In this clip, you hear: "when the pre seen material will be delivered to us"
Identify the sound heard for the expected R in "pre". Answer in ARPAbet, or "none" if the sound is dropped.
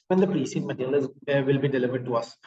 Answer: R